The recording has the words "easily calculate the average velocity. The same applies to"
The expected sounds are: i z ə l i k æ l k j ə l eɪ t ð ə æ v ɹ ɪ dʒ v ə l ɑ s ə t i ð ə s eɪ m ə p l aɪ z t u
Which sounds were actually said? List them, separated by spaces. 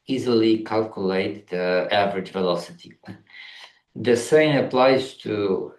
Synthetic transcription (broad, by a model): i z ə l i k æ l k j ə l eɪ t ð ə æ v ɹ ɪ dʒ v ə l ɑ s ə t i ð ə s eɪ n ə p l aɪ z t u